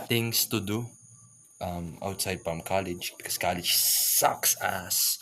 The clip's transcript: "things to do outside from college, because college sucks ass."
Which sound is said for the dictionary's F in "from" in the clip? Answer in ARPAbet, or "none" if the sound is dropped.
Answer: P